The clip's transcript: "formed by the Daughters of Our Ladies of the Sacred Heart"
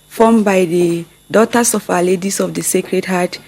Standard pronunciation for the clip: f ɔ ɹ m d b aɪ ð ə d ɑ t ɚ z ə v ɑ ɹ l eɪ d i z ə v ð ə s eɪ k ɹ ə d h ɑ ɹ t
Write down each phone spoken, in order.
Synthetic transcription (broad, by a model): f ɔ m b aɪ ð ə d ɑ t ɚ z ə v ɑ l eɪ d i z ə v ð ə s eɪ k ɹ ə d h ɑ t